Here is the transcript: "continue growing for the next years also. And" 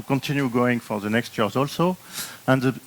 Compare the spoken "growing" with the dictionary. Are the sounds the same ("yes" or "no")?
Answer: no